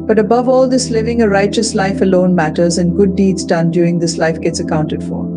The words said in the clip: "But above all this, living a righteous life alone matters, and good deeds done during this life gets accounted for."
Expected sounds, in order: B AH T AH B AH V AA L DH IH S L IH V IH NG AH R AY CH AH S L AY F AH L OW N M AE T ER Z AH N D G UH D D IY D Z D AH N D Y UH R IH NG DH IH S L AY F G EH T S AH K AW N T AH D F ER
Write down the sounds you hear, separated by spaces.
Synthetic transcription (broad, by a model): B AH T AH B AH V AA L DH IH S L IH V IH NG AH R AY CH AH S L AY F AH L OW N M AE T ER Z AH N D G UH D D IY D Z D AH N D Y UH R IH NG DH IH S L AY F G EH T S AH K AW N T AH D F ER